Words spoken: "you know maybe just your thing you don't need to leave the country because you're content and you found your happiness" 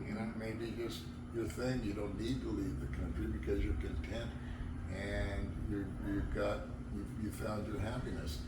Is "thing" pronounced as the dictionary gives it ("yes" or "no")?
yes